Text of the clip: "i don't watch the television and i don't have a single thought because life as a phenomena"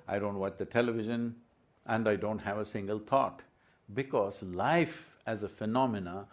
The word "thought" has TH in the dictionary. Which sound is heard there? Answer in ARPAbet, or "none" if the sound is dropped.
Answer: T